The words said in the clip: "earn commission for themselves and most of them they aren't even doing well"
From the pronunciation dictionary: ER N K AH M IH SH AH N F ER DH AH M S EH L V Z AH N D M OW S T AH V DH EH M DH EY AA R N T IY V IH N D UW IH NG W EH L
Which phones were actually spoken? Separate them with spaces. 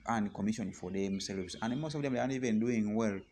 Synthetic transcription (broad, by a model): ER N K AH M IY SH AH N F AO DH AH M S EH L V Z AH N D M OW S T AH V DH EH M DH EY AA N IY V IH N D UW IH NG W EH L